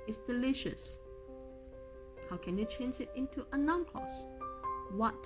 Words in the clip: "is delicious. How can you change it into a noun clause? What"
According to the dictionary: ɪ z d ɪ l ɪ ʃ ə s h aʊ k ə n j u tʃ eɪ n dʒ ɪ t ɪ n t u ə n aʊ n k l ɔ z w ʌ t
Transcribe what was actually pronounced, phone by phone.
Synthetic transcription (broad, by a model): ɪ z d ɪ l ɪ ʃ ə s h aʊ k ə n j u tʃ eɪ n dʒ ɪ t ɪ n t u ə n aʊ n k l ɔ s w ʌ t